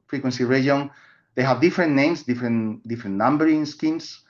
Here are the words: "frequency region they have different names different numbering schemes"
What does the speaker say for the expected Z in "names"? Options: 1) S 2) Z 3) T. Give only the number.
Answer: 1